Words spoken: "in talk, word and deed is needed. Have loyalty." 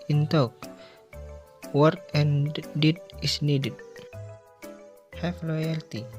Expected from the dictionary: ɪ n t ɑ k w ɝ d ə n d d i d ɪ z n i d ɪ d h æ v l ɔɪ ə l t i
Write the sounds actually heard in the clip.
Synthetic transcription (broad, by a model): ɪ n t ɑ k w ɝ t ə n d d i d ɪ s n i d ɪ d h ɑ f l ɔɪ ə l t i